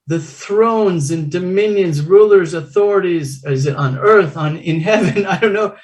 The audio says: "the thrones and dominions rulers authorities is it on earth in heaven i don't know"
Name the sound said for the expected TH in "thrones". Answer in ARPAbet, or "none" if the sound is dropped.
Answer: TH